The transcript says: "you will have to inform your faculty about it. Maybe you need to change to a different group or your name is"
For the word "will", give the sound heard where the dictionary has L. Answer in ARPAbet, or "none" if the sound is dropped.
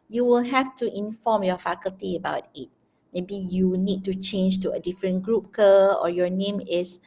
L